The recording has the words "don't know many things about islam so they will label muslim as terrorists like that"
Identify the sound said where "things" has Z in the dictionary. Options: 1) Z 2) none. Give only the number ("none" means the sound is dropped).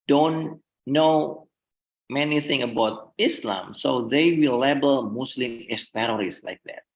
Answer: 2